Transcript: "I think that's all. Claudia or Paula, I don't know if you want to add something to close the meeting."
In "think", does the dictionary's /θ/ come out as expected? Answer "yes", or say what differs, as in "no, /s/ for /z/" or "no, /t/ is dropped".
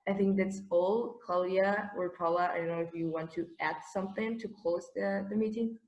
yes